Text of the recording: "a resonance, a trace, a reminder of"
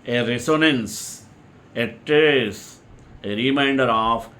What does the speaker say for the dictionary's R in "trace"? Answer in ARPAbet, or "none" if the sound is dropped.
none